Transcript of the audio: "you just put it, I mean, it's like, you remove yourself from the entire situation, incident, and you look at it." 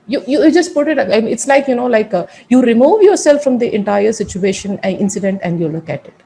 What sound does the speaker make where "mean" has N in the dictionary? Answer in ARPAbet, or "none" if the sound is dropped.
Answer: L